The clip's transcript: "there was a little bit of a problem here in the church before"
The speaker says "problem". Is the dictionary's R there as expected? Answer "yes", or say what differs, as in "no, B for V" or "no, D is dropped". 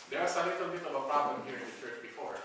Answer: yes